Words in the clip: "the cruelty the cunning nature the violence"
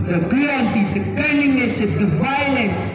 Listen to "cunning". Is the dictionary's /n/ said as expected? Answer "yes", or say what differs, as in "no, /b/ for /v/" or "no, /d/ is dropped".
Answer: no, /l/ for /n/